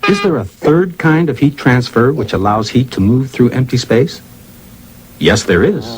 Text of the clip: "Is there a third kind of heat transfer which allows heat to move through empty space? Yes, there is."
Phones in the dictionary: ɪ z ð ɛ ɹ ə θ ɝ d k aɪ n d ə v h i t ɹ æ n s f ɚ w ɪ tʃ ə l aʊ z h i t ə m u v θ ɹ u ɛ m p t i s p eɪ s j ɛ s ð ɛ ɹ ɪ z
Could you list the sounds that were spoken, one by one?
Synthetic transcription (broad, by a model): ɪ z ð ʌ ɹ ə θ ɝ d k aɪ n d ə v h i t ɹ æ n s f ɚ w ɪ tʃ ə l aʊ z h i t ə m u v θ ɹ u ɛ m p t i s p eɪ s j ɛ s ð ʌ ɹ ɪ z